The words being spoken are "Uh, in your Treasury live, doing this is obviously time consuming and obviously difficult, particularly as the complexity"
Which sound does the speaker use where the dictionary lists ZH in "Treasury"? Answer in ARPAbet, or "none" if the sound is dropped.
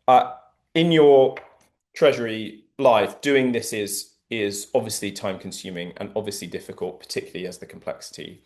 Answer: ZH